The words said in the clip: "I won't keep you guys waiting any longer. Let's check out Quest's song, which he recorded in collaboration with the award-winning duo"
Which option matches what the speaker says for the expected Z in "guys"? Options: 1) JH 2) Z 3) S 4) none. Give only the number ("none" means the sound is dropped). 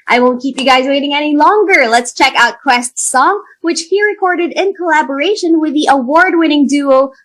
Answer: 2